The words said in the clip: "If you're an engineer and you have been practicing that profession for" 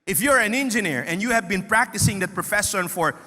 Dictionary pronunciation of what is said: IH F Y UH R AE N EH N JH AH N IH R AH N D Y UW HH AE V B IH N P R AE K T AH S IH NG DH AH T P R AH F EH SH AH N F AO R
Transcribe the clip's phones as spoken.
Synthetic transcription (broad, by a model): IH F Y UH R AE N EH N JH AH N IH R AH N D Y UW HH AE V B IH N P R AE K T AH S IH NG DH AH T P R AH F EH S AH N F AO R